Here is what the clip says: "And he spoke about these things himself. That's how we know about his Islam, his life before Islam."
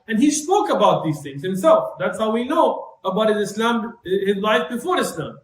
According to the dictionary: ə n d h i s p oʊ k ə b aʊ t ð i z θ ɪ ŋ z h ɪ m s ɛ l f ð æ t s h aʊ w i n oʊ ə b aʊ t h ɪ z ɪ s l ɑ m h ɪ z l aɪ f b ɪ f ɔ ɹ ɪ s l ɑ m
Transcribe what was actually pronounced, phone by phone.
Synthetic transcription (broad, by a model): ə n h i s p oʊ k ə b aʊ t ð i z θ ɪ ŋ z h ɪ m s ɛ l f ð æ t s h aʊ w i n oʊ ə b aʊ t h ɪ z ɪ s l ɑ m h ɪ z l aɪ f b ɪ f ɔ ɹ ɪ s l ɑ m